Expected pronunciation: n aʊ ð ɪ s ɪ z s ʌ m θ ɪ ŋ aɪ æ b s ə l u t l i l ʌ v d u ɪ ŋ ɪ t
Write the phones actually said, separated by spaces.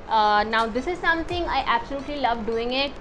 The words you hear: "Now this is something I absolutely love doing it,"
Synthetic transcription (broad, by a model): n aʊ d ɪ s ɪ z s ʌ m t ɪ ŋ aɪ æ b s ə l u t l i l ʌ v d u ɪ ŋ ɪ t